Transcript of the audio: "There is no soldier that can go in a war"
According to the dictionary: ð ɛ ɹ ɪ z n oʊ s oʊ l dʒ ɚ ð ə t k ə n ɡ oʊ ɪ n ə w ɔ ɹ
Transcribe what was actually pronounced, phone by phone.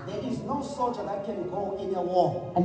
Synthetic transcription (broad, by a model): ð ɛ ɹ ɪ z n oʊ s oʊ l dʒ ɚ ð ə t k ə n ɡ oʊ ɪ n ə w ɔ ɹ